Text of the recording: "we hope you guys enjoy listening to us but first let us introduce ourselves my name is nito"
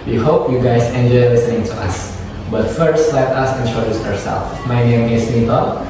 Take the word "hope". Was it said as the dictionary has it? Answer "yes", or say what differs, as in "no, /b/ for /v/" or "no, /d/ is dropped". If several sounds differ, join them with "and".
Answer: yes